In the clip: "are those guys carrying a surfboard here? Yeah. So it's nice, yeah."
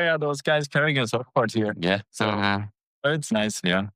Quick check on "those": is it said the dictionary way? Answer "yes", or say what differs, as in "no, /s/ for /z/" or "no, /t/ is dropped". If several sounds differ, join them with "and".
yes